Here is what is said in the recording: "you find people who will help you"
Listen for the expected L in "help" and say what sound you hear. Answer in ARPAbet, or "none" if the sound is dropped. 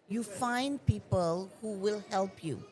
L